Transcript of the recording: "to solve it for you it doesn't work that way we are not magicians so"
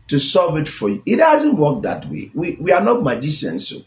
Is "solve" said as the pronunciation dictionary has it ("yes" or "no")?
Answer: no